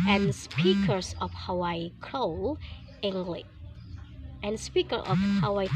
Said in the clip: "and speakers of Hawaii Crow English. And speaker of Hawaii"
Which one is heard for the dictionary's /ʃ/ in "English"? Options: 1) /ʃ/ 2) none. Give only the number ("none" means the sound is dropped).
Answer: 2